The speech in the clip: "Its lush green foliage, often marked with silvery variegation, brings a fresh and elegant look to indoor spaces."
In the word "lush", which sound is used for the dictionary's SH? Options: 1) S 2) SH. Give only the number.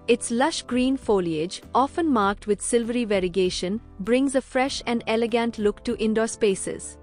2